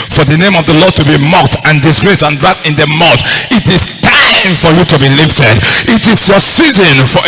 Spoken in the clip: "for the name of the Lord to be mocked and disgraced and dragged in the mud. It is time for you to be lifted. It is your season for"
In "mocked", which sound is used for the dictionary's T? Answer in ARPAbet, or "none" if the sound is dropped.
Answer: T